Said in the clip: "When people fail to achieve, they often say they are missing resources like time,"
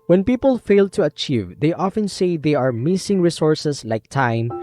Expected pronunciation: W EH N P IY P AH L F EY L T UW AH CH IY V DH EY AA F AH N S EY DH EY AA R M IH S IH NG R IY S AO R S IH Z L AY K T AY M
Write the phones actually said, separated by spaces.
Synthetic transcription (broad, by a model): W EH N P IY P AH L F EY L T UW AH CH IY V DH EY AA F AH N S EY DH EY AA R M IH S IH NG R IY S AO R S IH S L AY K T AY M